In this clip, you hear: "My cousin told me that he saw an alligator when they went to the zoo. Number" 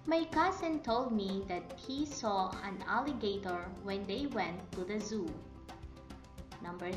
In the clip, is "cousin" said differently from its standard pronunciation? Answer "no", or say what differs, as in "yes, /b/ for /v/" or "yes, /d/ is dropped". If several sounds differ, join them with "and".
yes, /s/ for /z/